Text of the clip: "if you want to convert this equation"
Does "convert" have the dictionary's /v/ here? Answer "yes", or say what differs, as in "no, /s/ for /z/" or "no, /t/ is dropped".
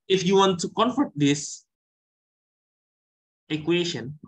no, /f/ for /v/